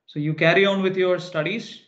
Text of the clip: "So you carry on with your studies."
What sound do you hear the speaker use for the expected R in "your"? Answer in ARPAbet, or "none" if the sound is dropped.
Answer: R